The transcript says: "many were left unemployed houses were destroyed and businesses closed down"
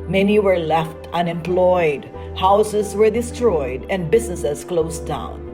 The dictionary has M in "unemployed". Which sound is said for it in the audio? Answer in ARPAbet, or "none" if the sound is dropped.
M